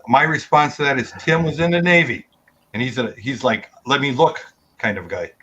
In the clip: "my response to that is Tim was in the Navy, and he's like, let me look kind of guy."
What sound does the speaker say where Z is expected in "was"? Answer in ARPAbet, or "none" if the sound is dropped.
Z